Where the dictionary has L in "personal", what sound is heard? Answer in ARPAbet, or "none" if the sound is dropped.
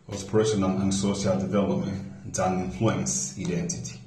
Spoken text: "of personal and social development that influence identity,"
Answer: N